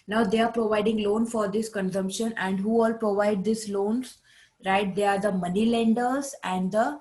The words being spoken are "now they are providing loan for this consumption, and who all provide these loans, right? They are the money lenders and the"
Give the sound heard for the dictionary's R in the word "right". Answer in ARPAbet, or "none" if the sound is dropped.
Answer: R